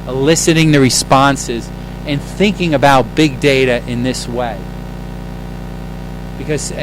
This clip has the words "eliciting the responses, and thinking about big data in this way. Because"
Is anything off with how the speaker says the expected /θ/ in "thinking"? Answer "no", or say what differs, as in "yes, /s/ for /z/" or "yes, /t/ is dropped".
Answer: no